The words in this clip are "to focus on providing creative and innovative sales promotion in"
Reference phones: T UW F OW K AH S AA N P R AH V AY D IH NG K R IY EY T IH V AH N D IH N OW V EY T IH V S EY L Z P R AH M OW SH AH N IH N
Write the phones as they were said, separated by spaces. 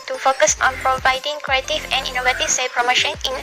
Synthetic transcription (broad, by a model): T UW F OW K AH S AA N P R AH V AY D IH NG K R IY EY T IH V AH N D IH N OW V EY T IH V S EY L P R AH M OW SH AH N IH N